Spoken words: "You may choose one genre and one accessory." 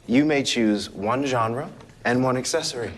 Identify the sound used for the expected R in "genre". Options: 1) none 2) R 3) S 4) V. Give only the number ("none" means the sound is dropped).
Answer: 2